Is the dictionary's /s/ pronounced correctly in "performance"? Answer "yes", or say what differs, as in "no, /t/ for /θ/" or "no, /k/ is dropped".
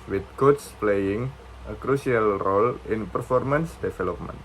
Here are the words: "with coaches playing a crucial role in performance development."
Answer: yes